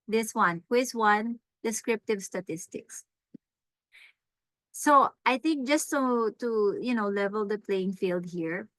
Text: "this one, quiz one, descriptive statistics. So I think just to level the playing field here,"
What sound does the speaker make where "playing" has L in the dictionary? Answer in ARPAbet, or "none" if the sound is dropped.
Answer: L